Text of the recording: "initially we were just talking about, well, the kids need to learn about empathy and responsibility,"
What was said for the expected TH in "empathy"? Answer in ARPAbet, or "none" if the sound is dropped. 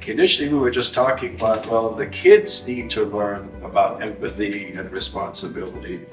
TH